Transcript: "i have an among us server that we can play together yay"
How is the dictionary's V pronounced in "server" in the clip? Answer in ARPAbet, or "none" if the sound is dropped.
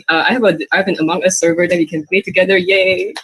V